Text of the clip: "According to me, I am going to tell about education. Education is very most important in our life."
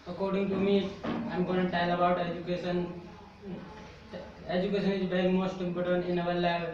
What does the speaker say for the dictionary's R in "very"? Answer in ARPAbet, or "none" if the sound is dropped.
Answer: none